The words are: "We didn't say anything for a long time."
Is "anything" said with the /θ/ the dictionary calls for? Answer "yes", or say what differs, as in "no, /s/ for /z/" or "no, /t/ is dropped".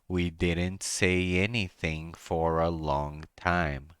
yes